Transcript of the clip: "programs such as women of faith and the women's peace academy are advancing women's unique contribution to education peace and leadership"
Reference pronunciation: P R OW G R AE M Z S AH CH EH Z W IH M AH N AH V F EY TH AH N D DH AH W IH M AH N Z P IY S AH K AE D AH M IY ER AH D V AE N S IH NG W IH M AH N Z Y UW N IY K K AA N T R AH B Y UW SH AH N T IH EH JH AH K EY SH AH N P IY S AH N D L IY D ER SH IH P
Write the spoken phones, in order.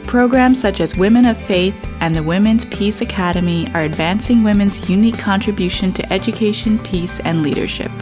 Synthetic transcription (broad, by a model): P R OW G R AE M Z S AH CH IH Z W IH M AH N AH V F EY TH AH N DH AH W IH M AH N Z P IY S AH K AE D AH M IY ER AH D V AE N S IH NG W IH M AH N Z Y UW N IY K K AA N T R AH B Y UW SH AH N T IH EH JH AH K EY SH AH N P IY S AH N L IY D ER SH IH P